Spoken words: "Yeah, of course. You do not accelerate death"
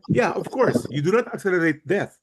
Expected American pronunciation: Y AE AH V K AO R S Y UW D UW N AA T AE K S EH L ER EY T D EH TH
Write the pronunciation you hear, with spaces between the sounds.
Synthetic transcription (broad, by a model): Y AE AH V K AO R S Y UW D UW N AA T AE K S EH L ER EY T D EH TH